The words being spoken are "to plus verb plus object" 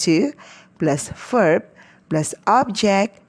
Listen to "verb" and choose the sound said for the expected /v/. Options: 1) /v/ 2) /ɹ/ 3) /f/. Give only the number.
3